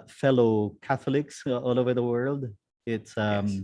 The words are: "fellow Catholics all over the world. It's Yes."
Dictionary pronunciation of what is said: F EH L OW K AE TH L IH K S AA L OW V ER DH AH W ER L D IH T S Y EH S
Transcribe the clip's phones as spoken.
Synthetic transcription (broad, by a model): F EH L OW K AE TH L IH K S AA L OW V ER DH AH W ER L D IH T S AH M